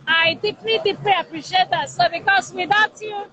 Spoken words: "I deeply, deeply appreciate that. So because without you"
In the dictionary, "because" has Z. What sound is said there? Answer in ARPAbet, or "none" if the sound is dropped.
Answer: S